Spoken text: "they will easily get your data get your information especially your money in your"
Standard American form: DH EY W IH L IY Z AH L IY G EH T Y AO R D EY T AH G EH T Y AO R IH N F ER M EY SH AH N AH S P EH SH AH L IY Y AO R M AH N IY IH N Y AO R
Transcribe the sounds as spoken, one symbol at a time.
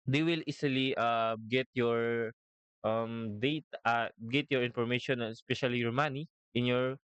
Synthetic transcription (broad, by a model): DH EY W IH L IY S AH L IY G EH T Y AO R D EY T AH G EH T Y AO R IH N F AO M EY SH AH N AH S P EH SH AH L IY Y AO R M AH N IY IH N Y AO R